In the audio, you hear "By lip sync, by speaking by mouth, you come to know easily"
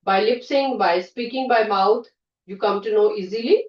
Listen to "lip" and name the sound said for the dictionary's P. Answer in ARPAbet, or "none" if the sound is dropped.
P